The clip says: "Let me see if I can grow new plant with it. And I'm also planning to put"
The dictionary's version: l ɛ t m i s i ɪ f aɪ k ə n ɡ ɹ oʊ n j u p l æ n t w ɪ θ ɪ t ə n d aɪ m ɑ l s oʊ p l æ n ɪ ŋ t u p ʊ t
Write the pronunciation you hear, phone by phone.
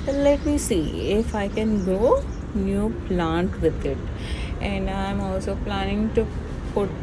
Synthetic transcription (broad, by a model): l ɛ t m i s i ɪ f aɪ k ə n ɡ oʊ n j u p l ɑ n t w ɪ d ɪ t ə n d aɪ m ɑ l s oʊ p l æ n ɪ ŋ t u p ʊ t